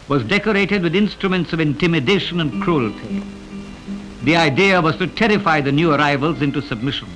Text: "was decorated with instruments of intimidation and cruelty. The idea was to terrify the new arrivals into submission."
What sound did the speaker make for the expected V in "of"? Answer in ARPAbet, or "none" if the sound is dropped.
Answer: V